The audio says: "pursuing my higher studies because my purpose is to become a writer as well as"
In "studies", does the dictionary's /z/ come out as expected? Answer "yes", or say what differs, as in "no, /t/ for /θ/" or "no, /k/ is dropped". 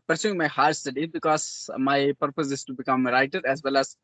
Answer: no, /z/ is dropped